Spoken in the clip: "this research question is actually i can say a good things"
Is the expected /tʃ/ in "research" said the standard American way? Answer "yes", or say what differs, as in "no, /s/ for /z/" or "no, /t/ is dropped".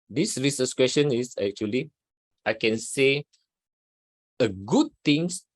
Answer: no, /s/ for /tʃ/